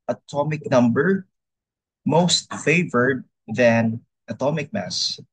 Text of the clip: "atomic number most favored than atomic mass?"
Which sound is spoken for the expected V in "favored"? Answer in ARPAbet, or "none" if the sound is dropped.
V